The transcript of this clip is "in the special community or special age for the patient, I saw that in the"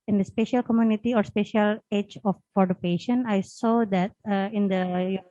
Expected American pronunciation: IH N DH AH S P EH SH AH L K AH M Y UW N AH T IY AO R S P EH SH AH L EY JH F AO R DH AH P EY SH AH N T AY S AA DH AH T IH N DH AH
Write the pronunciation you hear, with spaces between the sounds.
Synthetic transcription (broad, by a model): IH N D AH S P EH SH AH L K AH M Y UW N AH T IY AO R S P EH SH AH L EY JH F AO R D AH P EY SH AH N AY S AA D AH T IH N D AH